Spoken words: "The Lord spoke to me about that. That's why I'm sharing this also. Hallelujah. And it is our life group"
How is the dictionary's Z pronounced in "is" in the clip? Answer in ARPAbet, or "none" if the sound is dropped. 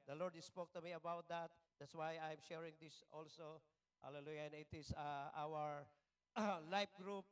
S